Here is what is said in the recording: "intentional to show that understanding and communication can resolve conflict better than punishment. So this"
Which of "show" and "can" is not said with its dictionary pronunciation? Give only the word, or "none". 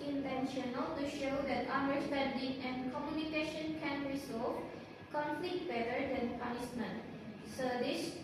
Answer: none